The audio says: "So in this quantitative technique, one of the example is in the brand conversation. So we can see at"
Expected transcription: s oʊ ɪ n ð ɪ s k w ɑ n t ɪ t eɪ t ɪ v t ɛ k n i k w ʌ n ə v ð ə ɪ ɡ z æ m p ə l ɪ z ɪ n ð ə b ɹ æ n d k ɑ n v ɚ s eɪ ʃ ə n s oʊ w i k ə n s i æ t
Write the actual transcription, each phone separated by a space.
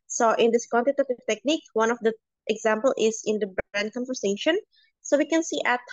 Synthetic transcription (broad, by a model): s oʊ ɪ n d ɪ s k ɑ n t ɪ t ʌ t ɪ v t ɛ k n i k w ʌ n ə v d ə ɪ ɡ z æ m p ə l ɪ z ɪ n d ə b æ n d k ɑ n v ɚ s eɪ ʃ ə n s oʊ w i k ə n s i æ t